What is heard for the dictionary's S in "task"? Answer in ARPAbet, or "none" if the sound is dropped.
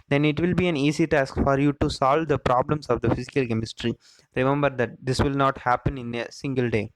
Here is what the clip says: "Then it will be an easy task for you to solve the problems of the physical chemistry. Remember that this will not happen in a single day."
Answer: S